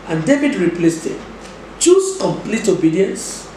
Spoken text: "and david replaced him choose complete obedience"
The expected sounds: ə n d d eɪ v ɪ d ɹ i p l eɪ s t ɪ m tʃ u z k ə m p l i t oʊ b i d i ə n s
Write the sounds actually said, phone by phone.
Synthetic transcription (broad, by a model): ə n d d eɪ v ɪ d ɹ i p l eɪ s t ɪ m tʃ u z k ə m p l i t oʊ b i d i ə n s